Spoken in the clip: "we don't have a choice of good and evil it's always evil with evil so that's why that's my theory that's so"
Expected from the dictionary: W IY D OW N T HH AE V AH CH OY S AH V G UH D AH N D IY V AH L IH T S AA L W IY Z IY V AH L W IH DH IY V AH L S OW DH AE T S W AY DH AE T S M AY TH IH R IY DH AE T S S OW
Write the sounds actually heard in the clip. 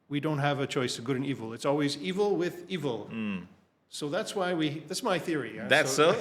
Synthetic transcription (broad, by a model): W IY D OW N T HH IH V AH CH OY S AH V G UH D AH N IY V L IH T S AA L W IY Z IY V L W IH DH IY V L S OW DH AE T S W AY DH AE T S M AY TH IH R IY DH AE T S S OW